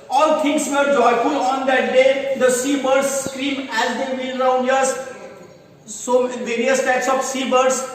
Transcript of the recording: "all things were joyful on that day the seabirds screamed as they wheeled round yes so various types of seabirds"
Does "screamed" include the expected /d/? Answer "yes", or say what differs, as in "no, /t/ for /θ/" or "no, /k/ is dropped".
no, /d/ is dropped